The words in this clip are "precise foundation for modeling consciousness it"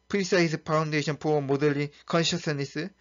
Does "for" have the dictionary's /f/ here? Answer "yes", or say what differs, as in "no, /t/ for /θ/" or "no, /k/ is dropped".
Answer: no, /p/ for /f/